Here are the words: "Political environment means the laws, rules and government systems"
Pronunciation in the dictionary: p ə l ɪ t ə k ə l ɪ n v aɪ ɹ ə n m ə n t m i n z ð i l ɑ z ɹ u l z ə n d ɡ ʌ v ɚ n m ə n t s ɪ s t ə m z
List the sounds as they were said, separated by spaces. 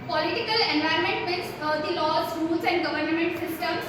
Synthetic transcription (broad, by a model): p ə l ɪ t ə k ə l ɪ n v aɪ ə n m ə n t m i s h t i l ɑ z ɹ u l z ə n d ɡ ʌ v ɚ n m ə n t s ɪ s t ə m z